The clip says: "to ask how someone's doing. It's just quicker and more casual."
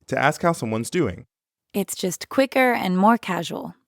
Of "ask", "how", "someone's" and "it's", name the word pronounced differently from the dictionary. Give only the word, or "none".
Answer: none